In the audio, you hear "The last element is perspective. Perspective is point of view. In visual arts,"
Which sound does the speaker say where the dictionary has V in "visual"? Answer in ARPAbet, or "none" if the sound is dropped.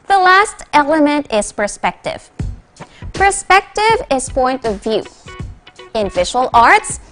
F